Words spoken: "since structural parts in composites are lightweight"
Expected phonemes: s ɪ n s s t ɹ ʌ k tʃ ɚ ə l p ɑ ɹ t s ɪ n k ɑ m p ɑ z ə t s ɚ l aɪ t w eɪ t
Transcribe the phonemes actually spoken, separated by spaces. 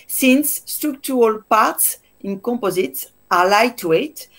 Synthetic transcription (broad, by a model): s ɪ n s s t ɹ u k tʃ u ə l p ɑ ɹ t s ɪ n k ɑ m p ɑ z ə t s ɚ l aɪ t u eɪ t